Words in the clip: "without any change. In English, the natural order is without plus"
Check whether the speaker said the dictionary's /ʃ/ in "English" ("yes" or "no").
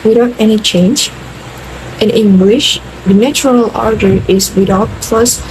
yes